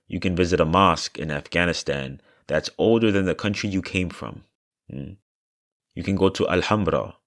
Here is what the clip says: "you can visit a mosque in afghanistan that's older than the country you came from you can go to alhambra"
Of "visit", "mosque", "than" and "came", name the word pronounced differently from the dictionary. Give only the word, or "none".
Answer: none